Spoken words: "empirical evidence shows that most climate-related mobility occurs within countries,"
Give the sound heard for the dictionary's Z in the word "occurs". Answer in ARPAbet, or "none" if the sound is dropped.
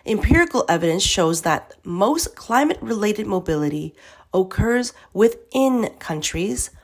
Z